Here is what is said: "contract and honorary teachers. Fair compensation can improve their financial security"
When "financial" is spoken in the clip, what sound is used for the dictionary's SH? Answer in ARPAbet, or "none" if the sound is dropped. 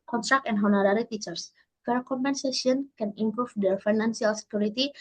S